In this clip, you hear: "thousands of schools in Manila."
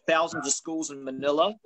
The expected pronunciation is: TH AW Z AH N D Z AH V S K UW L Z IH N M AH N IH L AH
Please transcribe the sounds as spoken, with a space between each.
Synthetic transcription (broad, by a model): TH AW Z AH N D Z AH V S K UW L Z IH N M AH N IH L AH